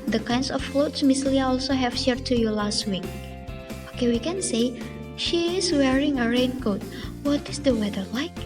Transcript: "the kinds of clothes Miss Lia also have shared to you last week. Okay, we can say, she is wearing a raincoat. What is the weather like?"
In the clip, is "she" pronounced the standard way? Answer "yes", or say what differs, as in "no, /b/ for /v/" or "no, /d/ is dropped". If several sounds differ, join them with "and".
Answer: yes